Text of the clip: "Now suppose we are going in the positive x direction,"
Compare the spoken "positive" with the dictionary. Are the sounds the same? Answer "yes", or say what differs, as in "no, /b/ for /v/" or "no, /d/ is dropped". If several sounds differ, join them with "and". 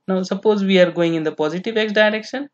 yes